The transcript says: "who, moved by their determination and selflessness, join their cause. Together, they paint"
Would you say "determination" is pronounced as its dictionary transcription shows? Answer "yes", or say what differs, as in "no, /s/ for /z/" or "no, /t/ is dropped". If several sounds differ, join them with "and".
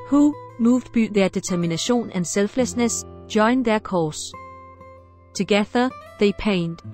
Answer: no, /s/ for /t/